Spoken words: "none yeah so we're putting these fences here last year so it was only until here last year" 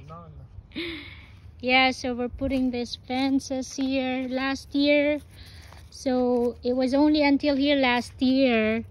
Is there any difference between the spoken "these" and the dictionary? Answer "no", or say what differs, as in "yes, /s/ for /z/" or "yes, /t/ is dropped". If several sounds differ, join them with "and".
yes, /s/ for /z/